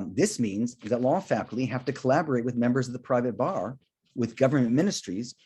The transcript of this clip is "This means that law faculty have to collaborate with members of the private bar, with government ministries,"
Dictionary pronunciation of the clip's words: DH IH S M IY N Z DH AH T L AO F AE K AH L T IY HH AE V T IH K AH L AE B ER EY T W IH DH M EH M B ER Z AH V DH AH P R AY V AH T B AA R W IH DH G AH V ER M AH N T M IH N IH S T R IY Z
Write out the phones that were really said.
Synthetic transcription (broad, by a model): DH IH S M IY N Z DH AH T L AO F AE K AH L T IY HH AE F T IH K AH L AE B ER EY T W IH DH M EH M B ER Z AH V DH AH P R AY V AH T B AA R W IH DH G AH V ER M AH N M IH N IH S T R IY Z